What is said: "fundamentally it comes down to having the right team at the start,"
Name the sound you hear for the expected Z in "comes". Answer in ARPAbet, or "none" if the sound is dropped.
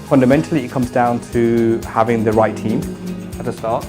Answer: Z